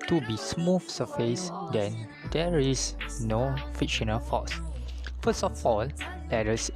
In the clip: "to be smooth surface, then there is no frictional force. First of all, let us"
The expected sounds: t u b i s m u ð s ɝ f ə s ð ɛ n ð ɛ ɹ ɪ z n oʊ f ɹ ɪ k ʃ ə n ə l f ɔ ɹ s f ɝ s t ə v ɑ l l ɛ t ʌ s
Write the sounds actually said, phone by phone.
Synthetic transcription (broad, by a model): t u b i s m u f s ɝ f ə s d ɛ n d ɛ ɹ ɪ s n oʊ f ɪ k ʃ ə n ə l f ɔ s f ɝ s t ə f ɑ l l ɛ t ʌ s